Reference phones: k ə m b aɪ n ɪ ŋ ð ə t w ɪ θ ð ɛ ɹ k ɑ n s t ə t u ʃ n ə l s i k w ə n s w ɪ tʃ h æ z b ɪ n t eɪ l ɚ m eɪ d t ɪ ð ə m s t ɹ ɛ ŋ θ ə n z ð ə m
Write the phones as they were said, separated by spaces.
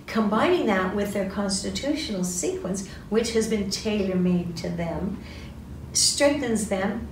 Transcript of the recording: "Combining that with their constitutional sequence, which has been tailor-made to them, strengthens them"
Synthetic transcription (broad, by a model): k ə m b aɪ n ɪ ŋ ð ə t w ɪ ð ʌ ɹ k ɑ n s t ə t u ʃ n l s i k w ə n s w ɪ tʃ h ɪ z b ɪ n t eɪ l ɚ m eɪ d t ɪ ð ə m s t ɹ ɛ ŋ θ ə n z ð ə m